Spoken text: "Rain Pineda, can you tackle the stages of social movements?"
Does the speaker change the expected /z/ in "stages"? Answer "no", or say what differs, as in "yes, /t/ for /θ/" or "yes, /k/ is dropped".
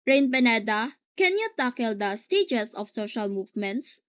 yes, /s/ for /z/